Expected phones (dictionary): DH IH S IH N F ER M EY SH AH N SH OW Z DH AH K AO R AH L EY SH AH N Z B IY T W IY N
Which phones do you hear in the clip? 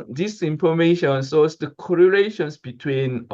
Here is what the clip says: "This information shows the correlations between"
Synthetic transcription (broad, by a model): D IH S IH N F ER M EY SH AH N S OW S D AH K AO R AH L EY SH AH N S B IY T W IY N